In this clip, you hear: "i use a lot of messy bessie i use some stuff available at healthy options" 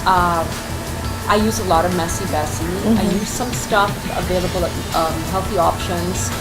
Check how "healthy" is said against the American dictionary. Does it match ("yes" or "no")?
yes